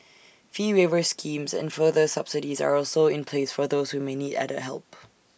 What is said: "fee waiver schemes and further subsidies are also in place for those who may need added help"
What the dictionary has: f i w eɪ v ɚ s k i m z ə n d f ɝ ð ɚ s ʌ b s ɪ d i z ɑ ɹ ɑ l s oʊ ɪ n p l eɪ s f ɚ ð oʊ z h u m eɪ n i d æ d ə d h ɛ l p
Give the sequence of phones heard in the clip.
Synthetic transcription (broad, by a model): f i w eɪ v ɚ s k i m z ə n f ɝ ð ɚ s ʌ b s ɪ d i z ɑ ɹ ɑ l s oʊ ɪ n p l eɪ s f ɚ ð oʊ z h u m eɪ n i d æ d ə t h ɛ l p